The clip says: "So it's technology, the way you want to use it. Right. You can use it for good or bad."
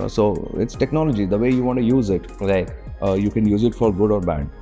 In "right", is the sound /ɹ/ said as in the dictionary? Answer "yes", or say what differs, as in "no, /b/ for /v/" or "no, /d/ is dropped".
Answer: no, /l/ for /ɹ/